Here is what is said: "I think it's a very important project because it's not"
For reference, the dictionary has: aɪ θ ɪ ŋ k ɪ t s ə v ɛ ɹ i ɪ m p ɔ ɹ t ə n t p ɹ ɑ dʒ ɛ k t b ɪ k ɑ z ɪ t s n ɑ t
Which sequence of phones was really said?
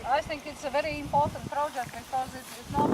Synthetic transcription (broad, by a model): aɪ θ ɪ ŋ k ɪ t s ə v ɛ ɹ i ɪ m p ɔ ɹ t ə n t p ɹ ɑ dʒ ɛ k t b ɪ k ɑ z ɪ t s n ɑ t